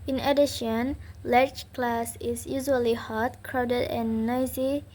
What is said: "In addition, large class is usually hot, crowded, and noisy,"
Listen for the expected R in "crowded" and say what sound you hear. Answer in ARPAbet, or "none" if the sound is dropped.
R